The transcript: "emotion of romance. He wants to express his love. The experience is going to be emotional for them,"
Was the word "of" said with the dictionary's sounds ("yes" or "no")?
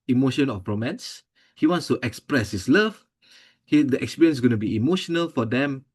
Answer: no